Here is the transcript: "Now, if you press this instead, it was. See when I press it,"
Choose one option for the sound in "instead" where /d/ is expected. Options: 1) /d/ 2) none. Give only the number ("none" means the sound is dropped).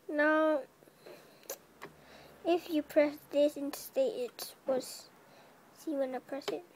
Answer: 2